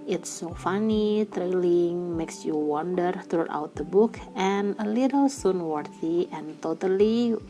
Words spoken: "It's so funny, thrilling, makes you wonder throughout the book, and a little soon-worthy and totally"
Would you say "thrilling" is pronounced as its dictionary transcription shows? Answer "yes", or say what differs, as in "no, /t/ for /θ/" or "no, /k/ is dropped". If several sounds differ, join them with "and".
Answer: no, /t/ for /θ/